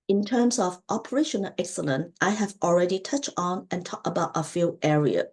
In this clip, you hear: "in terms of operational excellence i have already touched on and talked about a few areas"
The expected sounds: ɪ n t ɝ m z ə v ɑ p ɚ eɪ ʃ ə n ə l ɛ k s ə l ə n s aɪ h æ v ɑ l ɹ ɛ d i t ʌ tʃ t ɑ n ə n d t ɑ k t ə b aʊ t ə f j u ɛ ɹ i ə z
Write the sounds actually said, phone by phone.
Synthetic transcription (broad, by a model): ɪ n t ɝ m s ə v ɑ p ɚ eɪ ʃ ə n ə l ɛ k s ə l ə n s aɪ h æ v ɑ l ɹ ɛ d i t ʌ tʃ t n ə n t ɑ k ə b aʊ t ə f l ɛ ɹ i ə